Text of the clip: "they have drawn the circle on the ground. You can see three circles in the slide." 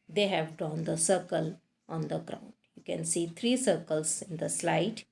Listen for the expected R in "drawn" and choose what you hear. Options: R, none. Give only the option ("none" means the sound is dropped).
none